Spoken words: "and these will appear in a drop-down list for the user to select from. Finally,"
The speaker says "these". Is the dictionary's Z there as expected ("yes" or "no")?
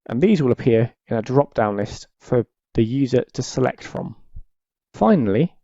yes